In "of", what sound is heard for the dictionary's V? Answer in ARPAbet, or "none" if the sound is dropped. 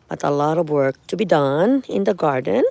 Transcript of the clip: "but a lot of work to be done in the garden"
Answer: V